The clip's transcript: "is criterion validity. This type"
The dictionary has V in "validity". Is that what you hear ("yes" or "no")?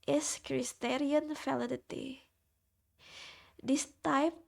no